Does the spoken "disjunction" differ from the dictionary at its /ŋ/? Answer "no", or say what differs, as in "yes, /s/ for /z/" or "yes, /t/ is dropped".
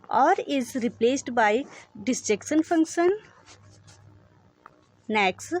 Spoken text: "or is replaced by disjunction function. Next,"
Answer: yes, /ŋ/ is dropped